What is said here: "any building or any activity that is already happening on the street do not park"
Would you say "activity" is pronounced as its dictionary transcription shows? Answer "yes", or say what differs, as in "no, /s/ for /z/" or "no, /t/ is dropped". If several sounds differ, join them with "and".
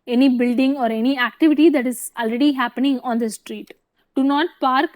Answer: yes